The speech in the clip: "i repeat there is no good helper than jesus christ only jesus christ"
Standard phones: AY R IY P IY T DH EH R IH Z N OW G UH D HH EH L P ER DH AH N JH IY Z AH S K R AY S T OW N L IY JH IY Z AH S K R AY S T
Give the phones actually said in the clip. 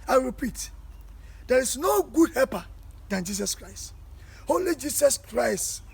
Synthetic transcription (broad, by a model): AY R IY P IY T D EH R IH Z N OW G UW D HH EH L P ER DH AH N JH IY S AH S K R AY S T OW L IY JH IY S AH S K R AY S T